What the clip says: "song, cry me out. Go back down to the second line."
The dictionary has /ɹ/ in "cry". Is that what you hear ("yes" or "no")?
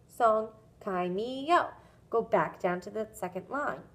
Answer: no